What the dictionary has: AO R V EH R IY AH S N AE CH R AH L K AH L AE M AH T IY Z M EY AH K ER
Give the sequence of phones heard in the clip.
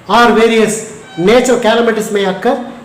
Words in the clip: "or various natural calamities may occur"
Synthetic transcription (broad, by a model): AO R V EH R IY AH S N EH CH AH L K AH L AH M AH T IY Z M EY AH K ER